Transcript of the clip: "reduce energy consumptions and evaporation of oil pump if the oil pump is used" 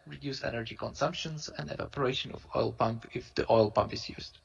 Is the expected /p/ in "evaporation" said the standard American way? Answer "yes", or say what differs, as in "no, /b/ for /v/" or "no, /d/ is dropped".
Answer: yes